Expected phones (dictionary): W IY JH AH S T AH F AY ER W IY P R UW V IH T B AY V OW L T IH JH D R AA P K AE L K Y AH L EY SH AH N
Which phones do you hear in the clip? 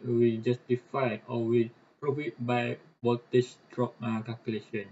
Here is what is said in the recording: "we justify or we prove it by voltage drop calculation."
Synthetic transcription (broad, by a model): W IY JH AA S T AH F AY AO W IY P R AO F IH T B AY W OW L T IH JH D R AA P K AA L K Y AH L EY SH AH N